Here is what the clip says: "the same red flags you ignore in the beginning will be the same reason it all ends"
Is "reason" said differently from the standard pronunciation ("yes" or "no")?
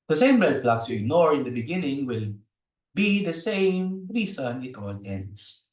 yes